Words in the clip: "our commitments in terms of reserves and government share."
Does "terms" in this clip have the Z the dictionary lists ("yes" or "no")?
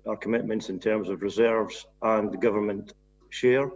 yes